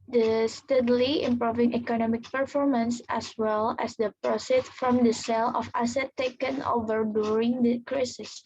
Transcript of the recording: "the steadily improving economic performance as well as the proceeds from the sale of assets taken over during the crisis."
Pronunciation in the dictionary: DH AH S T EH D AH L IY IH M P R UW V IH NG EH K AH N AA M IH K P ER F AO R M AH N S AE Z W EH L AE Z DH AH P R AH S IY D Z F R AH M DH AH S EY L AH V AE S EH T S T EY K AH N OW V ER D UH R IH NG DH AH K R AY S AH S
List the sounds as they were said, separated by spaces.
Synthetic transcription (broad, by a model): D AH S T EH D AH L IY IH M P R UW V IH NG EH K AH N AA M IH K P ER F AO R M AH N S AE S W EH L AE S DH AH P R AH S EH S F R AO M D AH S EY L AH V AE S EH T T EY K AH N OW V ER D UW R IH NG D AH K R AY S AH S